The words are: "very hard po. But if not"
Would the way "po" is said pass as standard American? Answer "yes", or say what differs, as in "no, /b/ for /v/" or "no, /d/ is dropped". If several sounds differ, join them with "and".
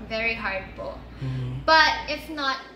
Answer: no, /b/ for /p/